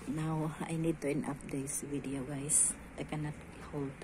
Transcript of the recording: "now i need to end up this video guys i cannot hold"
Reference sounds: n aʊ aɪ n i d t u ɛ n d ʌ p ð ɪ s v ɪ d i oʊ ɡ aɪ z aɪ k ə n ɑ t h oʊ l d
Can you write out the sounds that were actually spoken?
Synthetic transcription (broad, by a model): n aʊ aɪ n i d t u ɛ n ʌ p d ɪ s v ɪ d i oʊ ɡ aɪ s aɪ k ə n ɑ t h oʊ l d